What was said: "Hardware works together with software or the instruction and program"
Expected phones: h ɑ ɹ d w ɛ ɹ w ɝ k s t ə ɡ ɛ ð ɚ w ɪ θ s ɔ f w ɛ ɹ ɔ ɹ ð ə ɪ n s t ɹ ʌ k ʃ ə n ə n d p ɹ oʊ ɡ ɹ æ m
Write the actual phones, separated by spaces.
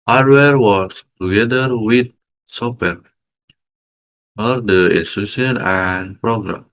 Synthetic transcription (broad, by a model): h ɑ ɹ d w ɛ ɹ w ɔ s t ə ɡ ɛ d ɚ w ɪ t s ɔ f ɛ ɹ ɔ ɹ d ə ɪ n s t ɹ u ʃ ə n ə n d p ɹ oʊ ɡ ɹ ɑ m